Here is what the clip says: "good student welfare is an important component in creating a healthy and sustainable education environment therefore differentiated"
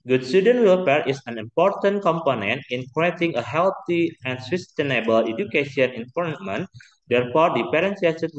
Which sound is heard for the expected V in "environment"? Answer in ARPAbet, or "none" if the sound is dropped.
P